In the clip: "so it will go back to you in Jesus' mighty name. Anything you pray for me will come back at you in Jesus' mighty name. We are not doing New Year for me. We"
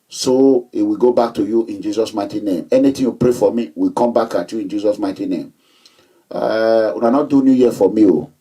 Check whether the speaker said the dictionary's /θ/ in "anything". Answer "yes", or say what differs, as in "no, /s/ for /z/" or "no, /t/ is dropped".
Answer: no, /t/ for /θ/